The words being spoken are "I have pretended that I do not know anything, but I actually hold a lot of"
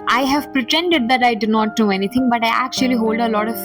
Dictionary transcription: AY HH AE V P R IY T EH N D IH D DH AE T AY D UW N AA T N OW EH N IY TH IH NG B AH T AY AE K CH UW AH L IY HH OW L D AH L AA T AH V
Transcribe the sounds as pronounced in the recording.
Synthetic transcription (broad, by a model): AY HH AE V P R IY T EH N D IH D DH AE T AY D UW N AA T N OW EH N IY T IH NG B AH T AY AE K CH UW AH L IY HH OW L D AH L AA T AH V